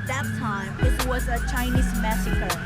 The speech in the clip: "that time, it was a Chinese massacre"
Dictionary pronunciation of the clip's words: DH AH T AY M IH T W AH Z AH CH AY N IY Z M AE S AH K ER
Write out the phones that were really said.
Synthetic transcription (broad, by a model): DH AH T AY M IH T W AH Z AH CH AY N IY Z M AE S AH K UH